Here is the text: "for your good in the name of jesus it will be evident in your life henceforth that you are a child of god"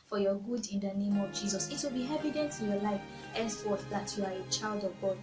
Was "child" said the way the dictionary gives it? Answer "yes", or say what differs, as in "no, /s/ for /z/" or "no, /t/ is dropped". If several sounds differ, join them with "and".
yes